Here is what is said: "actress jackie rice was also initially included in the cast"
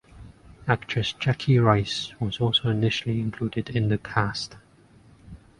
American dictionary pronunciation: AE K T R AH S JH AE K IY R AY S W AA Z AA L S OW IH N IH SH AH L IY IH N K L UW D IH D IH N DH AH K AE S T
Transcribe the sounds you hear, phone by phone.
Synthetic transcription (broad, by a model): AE K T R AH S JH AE K IY R AY S W AA Z AA L S OW IH N IH SH AH L IY IH N K L UW D IH D IH N DH AH K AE S T